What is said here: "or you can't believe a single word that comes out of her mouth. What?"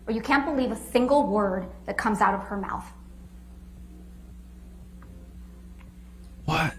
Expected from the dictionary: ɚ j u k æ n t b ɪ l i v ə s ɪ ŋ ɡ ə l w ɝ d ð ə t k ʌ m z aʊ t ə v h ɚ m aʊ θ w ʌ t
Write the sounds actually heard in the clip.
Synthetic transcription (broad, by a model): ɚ j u k æ n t b ɪ l i v ə s ɪ ŋ ɡ l w ɝ d ð ə t k ʌ m z aʊ t ə v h ɚ m aʊ θ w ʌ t